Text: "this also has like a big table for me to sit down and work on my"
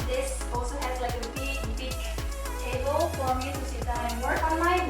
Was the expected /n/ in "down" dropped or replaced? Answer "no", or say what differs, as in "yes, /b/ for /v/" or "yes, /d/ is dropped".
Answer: yes, /n/ is dropped